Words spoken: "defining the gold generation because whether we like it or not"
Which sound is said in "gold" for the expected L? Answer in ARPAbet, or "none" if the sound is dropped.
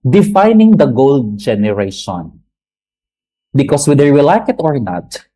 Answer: L